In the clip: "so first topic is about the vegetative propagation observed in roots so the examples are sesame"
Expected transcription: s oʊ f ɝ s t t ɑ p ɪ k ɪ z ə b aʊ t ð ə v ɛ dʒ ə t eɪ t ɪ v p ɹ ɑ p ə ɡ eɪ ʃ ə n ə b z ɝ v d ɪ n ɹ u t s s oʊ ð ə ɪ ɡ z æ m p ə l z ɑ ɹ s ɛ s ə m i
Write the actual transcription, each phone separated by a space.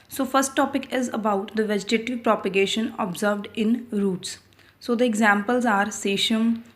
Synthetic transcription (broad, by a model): s oʊ f ɝ s t t ɑ p ɪ k ɪ z ə b aʊ t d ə v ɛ dʒ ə t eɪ t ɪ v p ɹ ɑ p ə ɡ eɪ ʃ ə n ə b z ɝ v d ɪ n ɹ u t s s oʊ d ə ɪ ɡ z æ m p ə l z ɑ ɹ s ɛ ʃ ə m